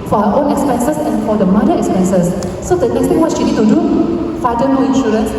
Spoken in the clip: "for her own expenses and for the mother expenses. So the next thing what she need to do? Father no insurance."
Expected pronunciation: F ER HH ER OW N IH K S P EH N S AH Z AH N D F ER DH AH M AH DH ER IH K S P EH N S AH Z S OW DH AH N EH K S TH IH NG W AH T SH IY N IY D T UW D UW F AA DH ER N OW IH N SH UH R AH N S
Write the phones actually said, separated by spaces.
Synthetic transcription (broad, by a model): F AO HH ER OW N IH K S P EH N S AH S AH N F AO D AH M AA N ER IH K S P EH N S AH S S OW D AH N EH K S T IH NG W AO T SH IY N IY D T UW D UW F AA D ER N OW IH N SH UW R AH N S